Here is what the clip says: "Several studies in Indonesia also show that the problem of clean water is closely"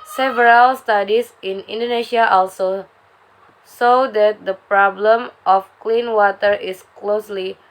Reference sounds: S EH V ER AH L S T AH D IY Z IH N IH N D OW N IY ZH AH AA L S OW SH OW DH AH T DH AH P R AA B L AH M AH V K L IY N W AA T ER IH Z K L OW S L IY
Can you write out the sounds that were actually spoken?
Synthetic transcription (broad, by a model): S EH V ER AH L S T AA D IY S IH N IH N D OW N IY SH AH AA L S OW S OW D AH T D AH P R AA B L AH M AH F K L IY N W AA T ER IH S K L OW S L IY